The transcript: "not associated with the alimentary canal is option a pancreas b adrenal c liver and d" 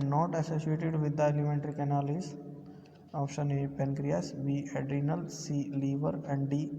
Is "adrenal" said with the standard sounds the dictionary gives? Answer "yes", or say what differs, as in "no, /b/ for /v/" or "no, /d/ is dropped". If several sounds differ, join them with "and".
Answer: yes